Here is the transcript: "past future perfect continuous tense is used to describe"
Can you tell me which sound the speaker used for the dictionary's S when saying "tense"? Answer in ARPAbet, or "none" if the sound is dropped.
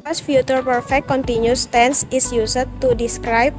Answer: S